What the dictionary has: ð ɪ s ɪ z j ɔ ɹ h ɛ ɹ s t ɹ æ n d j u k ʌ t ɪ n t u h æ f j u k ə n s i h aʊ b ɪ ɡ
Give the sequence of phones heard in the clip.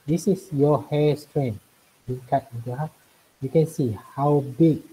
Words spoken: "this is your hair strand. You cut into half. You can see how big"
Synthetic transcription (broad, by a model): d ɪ s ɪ s j ɔ h ɛ s t ɹ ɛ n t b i k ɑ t ɪ n t u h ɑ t j u k ə n s i h aʊ b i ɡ